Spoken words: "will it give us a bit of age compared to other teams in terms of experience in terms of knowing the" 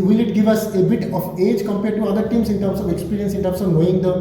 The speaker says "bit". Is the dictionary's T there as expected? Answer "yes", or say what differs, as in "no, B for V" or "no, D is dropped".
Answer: yes